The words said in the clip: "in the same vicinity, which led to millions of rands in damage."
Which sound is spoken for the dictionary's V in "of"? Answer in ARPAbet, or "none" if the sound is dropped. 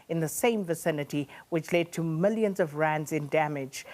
V